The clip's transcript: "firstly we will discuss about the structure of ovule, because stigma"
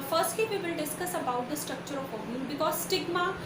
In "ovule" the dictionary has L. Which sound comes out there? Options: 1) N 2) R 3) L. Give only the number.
1